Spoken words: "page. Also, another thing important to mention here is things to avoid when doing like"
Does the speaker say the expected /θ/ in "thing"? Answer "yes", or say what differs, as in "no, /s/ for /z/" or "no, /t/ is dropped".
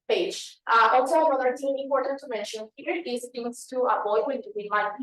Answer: no, /t/ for /θ/